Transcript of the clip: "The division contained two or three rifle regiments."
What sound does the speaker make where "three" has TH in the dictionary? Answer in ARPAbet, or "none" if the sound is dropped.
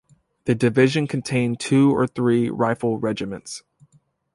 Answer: TH